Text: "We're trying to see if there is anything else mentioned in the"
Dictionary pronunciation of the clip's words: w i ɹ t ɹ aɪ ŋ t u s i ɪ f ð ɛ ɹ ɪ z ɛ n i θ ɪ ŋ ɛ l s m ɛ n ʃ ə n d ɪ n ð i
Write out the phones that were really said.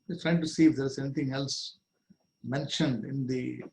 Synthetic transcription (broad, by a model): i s t ɹ aɪ ŋ t u s i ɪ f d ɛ ɹ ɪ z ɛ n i t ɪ ŋ ɛ l s m ɛ n ʃ ə n d ɪ n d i